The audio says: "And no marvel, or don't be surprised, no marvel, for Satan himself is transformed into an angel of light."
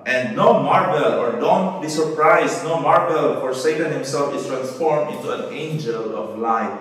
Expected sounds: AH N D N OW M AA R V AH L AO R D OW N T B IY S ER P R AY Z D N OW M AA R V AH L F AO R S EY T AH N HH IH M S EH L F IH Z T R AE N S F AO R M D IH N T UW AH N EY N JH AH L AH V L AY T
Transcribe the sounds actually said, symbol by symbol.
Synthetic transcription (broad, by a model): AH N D N OW M AA R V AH L AO R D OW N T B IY S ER P R AY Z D N OW M AA R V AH L F AO R S EY T AH N HH IH M S EH L F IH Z T R AE N S F AO R M D IH N T UW AH N EY N JH AH L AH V L AY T